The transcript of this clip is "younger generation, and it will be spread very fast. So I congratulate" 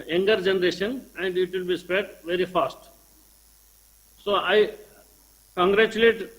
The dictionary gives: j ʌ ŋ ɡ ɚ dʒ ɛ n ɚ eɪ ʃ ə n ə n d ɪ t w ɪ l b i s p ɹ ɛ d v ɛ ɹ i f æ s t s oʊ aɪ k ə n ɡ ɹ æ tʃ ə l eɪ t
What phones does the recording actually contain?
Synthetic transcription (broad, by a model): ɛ ŋ ɡ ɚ dʒ ɛ n ɚ eɪ ʃ ə n ə n d ɪ t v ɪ l b i s p ɛ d v ɛ ɹ i f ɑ s t s oʊ aɪ k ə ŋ ɡ ɹ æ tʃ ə l eɪ t